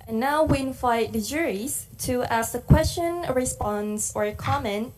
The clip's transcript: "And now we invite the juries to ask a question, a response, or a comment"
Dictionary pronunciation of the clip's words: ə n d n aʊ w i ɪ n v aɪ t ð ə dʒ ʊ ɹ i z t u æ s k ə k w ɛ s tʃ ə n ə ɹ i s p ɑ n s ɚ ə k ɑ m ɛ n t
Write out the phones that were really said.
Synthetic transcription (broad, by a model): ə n n aʊ w i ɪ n f aɪ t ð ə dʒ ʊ ɹ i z t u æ s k ə k w ɛ s tʃ ə n ə ɹ i s p ɑ n s ɚ ə k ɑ m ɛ n t